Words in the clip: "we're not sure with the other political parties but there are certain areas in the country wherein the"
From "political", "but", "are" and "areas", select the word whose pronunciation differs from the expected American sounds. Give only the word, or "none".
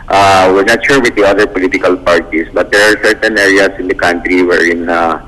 areas